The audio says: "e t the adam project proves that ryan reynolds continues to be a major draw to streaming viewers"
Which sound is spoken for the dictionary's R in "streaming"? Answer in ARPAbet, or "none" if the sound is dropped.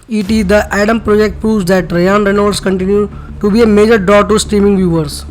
R